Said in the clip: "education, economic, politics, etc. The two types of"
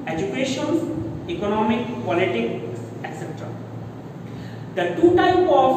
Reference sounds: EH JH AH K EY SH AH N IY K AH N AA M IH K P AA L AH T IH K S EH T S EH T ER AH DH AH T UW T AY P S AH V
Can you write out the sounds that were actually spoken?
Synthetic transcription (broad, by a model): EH JH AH K EY SH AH N IY K AH N AA M IH K P AA L AH T IH K S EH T S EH T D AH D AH T UW T AY P AH